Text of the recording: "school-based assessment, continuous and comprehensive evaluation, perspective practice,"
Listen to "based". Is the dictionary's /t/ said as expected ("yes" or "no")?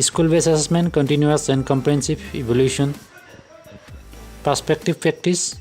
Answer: no